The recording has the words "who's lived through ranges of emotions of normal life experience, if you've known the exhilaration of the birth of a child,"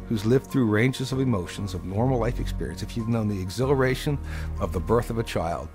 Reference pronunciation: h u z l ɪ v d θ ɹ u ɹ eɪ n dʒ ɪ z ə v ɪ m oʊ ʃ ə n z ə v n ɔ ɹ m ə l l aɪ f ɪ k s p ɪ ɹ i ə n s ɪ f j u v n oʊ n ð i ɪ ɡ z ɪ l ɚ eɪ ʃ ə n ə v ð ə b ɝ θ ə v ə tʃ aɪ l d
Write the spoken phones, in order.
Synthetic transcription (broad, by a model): h u z l ɪ v d θ ɹ u ɹ eɪ n dʒ ɪ z ə v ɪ m oʊ ʃ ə n z ə v n ɔ ɹ m l l aɪ f ɪ k s p ɪ ɹ i ə n s ɪ f j u v n oʊ n ð i ɪ ɡ z ɪ l ɚ eɪ ʃ ə n ə v ð ə b ɝ θ ə v ə tʃ aɪ l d